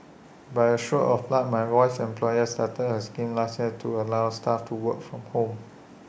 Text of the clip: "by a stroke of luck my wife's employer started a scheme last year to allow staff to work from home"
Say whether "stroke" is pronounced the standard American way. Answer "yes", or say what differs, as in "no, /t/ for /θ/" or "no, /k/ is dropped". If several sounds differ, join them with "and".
no, /k/ is dropped